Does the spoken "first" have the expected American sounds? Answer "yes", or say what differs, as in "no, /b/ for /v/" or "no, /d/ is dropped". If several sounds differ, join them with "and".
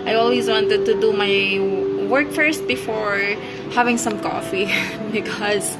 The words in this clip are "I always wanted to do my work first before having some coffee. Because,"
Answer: yes